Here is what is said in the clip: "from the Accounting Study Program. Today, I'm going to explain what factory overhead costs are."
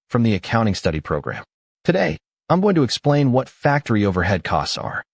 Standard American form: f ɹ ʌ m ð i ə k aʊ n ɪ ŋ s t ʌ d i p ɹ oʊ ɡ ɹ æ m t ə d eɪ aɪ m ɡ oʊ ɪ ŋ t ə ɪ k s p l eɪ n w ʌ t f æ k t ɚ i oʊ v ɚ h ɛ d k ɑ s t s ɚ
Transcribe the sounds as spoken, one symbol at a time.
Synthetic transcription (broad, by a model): f ɹ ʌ m ð i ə k aʊ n ɪ ŋ s t ʌ d i p ɹ oʊ ɡ ɹ æ m t ə d eɪ aɪ m ɡ oʊ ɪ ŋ t ə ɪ k s p l eɪ n w ʌ t f æ k t ɚ i oʊ v ɚ h ɛ d k ɑ s t s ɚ